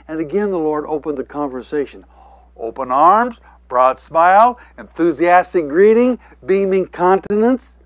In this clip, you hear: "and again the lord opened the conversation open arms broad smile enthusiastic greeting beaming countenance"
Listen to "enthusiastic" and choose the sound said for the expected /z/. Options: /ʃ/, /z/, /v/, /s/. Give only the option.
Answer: /z/